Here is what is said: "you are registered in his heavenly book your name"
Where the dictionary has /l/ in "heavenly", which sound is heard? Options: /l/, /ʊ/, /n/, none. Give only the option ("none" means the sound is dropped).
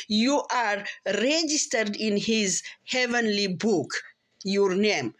/l/